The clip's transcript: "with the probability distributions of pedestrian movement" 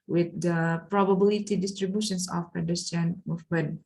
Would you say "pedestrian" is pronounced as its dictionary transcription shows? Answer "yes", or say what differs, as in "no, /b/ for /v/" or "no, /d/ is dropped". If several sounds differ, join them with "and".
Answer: no, /ɹ/ is dropped